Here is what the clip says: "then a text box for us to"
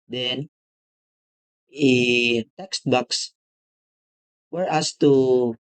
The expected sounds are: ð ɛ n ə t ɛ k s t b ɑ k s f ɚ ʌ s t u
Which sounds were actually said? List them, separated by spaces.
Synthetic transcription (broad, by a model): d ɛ n ə t ɛ k s t b ɑ k s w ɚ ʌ s t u